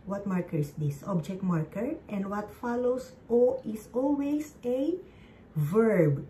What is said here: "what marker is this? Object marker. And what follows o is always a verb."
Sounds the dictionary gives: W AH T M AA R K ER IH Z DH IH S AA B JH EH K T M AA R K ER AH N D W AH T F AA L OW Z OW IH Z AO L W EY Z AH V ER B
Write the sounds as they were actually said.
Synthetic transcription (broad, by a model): W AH T M AA R K ER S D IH S AA B JH EH K T M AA R K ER AH N D W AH T F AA L OW S OW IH S AO L W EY S AH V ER B